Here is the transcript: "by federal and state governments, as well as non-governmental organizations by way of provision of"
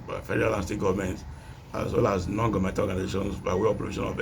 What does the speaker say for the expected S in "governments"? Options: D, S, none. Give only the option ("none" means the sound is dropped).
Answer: none